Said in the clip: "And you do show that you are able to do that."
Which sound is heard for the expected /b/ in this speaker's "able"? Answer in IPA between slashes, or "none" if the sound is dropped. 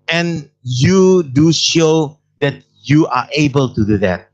/b/